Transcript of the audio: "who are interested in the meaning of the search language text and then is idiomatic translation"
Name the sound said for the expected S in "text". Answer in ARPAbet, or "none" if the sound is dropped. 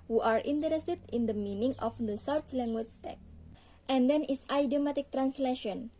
none